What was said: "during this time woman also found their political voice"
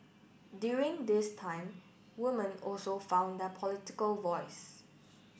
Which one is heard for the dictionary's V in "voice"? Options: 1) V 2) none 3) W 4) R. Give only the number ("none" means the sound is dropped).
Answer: 1